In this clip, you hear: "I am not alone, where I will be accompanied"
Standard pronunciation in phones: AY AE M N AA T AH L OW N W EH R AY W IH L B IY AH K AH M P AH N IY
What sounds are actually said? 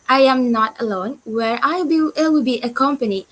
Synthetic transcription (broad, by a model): AY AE M N AA T AH L OW N W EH R AY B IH W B IY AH K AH M P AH N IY